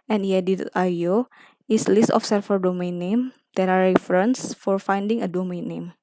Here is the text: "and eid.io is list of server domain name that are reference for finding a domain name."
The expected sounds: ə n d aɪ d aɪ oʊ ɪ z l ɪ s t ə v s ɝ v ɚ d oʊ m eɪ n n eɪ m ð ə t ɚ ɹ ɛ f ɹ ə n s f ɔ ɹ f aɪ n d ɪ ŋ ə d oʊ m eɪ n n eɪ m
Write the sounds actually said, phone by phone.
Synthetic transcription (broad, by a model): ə n d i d aɪ oʊ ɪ s l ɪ s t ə f s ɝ f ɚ d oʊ m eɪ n n eɪ m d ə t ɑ ɹ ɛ f ɹ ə n s f ɔ ɹ f aɪ n d ɪ ŋ ə d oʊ m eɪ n n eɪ m